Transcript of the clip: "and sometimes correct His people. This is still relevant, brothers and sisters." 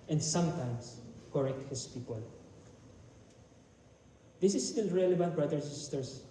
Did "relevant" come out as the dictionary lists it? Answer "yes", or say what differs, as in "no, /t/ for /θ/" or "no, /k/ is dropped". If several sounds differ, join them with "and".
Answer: no, /b/ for /v/ and /n/ is dropped